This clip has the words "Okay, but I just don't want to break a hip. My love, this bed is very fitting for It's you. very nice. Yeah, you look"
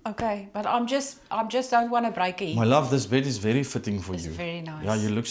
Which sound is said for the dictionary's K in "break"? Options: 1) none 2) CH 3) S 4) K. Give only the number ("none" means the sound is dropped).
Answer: 1